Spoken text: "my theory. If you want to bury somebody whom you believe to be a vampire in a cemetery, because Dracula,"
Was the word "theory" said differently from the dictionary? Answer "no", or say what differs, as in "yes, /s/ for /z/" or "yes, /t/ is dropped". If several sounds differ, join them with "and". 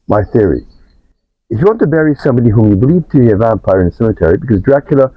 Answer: no